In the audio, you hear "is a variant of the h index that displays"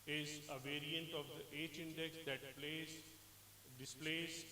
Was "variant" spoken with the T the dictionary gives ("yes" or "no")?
yes